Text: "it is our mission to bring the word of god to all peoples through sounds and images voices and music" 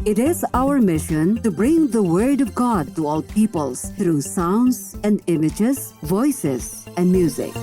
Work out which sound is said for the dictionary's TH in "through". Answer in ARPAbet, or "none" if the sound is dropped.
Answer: T